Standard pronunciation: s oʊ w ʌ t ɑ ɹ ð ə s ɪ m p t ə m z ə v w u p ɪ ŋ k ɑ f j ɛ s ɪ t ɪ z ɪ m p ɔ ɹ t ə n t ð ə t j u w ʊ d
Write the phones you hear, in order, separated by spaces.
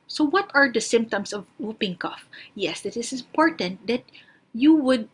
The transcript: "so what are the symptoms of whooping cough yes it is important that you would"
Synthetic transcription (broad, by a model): s oʊ w ʌ t ɑ ɹ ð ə s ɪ m p t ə m s ə v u p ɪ ŋ k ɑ f j ɛ s ɪ t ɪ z ɪ m p ɔ ɹ t ə n t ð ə t j u w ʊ d